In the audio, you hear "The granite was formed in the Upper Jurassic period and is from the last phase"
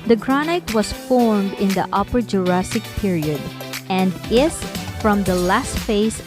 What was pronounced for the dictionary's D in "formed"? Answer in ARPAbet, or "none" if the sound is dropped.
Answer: D